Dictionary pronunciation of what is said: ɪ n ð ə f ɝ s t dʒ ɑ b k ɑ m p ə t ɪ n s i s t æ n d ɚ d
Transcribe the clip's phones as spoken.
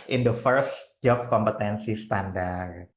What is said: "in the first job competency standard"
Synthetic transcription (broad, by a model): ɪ n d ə f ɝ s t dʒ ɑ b k ɑ m p ə t ɪ n s i s t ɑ n d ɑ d